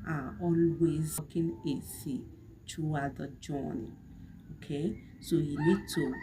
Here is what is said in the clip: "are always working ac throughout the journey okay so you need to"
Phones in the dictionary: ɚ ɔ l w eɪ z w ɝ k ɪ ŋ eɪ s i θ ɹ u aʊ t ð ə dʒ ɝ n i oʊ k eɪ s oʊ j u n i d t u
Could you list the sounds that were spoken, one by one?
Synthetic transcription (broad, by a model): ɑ ɔ l w eɪ z k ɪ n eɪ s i t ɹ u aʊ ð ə dʒ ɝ n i oʊ k eɪ s oʊ j u n i d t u